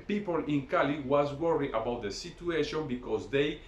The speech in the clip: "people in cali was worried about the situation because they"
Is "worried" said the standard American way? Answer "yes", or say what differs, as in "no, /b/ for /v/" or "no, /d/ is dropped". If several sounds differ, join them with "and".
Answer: no, /d/ is dropped